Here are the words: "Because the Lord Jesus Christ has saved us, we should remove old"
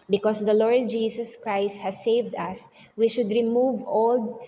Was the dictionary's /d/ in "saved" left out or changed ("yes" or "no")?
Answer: no